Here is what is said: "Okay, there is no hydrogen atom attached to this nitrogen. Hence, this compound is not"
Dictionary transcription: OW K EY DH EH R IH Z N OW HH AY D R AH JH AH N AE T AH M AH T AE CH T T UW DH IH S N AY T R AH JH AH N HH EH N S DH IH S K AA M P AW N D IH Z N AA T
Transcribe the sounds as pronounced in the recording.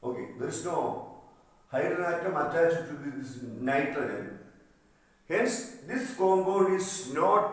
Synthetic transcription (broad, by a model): OW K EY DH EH R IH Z N OW HH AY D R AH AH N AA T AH M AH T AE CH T T UW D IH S N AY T AH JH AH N HH EH N S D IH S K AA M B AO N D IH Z N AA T